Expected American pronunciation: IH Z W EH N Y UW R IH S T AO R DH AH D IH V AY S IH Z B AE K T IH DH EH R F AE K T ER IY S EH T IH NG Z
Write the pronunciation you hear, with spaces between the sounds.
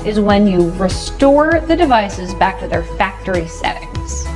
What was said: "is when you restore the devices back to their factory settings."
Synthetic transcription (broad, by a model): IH Z W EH N Y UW R IH S T AO R DH AH D IH V AY S IH Z B AE K T IH DH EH R F AE K T ER IY S EH T IH NG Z